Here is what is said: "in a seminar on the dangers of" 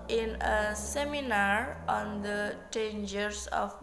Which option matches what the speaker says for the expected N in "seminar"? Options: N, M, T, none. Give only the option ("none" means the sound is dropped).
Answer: N